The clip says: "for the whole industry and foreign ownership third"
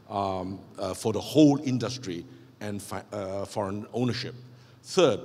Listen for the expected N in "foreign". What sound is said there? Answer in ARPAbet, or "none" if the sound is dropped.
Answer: N